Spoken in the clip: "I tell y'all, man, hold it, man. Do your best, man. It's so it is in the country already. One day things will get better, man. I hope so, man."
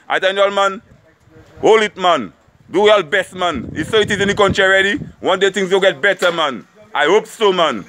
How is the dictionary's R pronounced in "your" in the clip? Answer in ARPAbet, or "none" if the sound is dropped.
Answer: L